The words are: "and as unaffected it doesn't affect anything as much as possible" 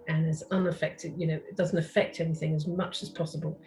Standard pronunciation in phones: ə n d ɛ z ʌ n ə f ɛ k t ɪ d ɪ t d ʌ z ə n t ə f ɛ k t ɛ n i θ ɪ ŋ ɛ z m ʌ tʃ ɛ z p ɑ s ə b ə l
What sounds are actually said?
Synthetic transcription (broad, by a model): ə n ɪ z ʌ n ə f ɛ k t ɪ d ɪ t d ʌ z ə n t ə f ɛ k t ɛ n i θ ɪ ŋ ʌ z m ʌ tʃ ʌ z p ɑ s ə b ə l